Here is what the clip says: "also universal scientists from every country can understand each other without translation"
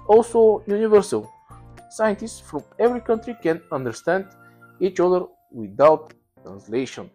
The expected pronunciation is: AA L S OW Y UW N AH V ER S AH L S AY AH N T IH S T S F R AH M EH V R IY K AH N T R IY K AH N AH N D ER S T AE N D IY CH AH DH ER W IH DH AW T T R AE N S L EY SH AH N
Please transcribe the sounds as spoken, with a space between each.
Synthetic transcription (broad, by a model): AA L S OW Y UW N AH V ER S AH L S AY AH N T IH S T S F R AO M EH V R IY K AH N T R IY K AH N AH N D ER S T AE N D IY CH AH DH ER W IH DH AW T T R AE N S L EY SH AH N